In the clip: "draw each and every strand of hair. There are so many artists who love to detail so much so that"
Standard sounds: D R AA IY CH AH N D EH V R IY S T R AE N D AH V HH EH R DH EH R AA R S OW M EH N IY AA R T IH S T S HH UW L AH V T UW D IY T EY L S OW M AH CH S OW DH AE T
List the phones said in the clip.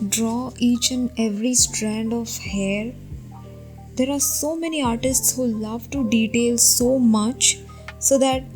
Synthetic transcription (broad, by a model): D R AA IY CH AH N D EH V R IY S T R AE N D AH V HH EH R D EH R AA R S OW M EH N IY AA R T IH S T S HH UW L AH V T UW D IY T EY L S OW M AH CH S OW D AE T